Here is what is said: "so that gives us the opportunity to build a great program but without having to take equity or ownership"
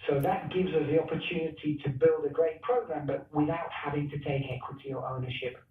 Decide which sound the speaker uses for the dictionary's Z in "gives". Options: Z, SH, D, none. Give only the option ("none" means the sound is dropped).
Z